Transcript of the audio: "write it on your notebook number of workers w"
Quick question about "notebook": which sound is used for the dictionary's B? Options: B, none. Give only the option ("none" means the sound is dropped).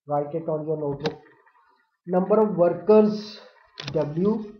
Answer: none